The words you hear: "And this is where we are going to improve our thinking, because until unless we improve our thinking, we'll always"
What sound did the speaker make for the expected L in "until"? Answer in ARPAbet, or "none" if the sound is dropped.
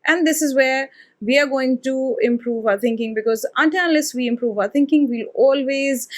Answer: N